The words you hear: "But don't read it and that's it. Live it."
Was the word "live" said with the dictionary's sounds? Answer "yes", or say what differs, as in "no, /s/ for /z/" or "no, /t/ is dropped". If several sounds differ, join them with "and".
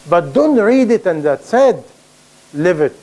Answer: yes